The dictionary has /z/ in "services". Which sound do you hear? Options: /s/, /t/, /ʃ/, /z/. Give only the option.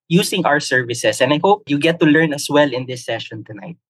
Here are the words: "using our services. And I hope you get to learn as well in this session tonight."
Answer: /s/